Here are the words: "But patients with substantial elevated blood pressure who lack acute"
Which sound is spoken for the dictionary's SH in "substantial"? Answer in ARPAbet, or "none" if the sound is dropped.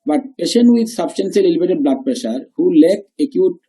S